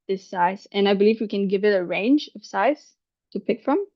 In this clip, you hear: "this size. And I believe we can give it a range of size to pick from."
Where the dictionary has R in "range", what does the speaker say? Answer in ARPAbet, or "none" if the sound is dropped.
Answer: R